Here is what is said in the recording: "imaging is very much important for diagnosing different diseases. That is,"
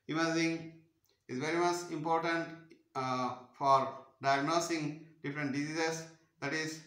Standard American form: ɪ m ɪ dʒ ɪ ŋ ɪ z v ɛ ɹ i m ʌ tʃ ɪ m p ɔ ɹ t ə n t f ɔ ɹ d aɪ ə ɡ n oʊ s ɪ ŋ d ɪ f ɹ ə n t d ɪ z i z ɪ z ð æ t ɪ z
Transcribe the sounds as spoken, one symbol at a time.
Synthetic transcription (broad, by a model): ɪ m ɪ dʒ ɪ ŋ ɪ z v ɛ ɹ i m ʌ tʃ ɪ m p ɔ ɹ t ə n t f ɔ ɹ d aɪ ə ɡ n oʊ s ɪ ŋ d ɪ f ɹ ə n t d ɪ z i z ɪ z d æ t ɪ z